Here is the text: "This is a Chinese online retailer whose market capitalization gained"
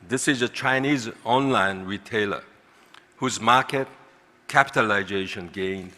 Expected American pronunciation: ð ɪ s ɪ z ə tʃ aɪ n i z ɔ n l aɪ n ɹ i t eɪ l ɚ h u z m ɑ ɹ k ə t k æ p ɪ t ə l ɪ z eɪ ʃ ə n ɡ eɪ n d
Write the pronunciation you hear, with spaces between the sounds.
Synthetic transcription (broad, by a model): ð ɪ s ɪ z ə tʃ aɪ n i z ɔ n l aɪ n ɹ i t eɪ l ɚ h u z m ɑ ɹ k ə t k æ p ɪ t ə l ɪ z eɪ ʃ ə n ɡ eɪ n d